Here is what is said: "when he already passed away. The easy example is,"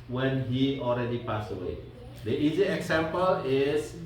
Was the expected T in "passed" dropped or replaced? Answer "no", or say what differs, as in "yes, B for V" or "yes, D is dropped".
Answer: yes, T is dropped